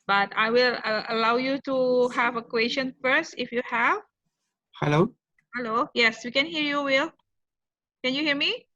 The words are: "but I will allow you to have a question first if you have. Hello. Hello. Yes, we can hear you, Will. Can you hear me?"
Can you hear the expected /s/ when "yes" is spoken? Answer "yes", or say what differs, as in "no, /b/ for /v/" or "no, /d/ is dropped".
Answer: yes